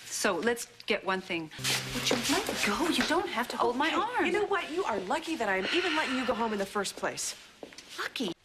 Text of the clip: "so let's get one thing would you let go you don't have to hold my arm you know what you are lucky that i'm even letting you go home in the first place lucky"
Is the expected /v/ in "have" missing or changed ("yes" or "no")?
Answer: yes